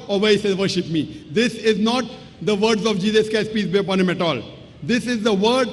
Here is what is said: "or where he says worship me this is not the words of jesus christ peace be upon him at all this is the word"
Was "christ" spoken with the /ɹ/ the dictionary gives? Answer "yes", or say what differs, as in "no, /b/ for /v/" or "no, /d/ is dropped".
no, /ɹ/ is dropped